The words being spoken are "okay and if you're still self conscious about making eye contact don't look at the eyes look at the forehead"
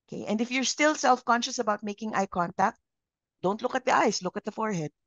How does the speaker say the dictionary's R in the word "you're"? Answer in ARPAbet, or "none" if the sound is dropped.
R